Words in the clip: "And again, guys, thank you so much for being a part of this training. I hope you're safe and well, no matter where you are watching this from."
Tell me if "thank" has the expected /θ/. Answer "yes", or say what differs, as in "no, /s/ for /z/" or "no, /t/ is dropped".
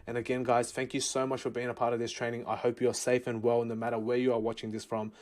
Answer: yes